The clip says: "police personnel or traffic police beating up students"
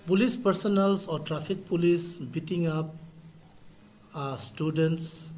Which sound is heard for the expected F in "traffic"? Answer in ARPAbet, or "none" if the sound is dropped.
P